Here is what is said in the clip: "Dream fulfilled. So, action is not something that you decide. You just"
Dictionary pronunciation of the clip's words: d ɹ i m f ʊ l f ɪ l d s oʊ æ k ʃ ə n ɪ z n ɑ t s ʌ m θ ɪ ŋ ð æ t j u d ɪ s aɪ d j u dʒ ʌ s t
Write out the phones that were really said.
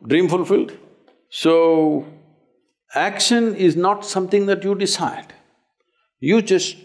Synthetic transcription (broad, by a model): d ɹ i m f ʊ l f ɪ l d s oʊ æ k ʃ ə n ɪ z n ɑ t s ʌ m t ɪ ŋ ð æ t j u d ɪ s aɪ d j u dʒ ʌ s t